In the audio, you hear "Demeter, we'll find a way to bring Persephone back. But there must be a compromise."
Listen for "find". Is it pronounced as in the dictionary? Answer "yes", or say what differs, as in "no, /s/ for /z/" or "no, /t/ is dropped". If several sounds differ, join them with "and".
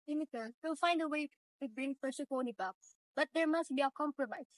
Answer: yes